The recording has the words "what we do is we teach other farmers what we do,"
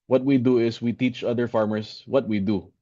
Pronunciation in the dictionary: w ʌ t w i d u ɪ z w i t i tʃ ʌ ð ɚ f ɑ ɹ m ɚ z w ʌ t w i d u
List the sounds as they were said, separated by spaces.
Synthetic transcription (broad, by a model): w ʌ t w i d u ɪ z w i t i tʃ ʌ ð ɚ f ɑ ɹ m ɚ s w ʌ t w i d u